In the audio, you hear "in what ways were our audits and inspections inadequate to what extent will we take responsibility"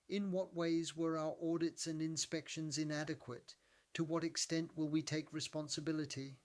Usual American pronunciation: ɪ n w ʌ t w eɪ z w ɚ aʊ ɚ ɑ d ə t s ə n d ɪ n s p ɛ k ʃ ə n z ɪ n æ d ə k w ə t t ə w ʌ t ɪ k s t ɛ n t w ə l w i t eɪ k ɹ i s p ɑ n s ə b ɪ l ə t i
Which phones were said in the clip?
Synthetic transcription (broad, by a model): ɪ n w ʌ t w eɪ z w ɚ aʊ ɚ ɑ d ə t s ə n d ɪ n s p ɛ k ʃ ə n z ɪ n æ d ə k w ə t t ə w ʌ t ɪ k s t ɛ n t w ə l w i t eɪ k ɹ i s p ɑ n s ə b ɪ l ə t i